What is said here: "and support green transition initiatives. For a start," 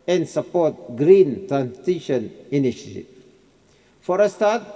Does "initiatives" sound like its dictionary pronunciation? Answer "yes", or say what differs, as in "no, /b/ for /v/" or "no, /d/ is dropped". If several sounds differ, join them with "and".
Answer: no, /z/ is dropped